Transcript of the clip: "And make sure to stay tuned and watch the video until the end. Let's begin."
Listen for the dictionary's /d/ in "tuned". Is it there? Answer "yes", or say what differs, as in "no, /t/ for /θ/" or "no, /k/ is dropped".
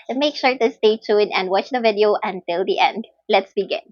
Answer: no, /d/ is dropped